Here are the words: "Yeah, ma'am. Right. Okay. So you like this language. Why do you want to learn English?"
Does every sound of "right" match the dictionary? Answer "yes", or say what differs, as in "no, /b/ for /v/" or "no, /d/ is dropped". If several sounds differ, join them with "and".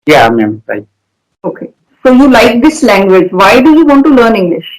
no, /t/ is dropped